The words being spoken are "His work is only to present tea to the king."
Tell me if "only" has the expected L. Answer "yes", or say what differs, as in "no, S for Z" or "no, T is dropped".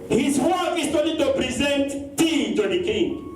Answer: no, L is dropped